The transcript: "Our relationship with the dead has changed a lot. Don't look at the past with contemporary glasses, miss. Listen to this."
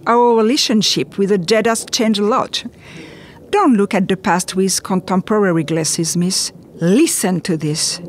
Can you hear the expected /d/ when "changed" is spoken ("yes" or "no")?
no